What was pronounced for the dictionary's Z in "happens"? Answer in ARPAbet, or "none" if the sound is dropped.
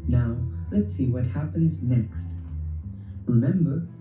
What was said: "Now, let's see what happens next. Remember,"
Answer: Z